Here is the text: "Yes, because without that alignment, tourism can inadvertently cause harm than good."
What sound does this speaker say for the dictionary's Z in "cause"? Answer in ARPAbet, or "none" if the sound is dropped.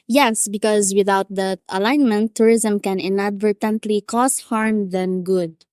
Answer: S